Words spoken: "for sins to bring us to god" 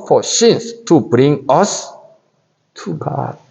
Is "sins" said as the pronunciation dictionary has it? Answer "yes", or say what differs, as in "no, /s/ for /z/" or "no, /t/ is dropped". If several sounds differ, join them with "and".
no, /s/ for /z/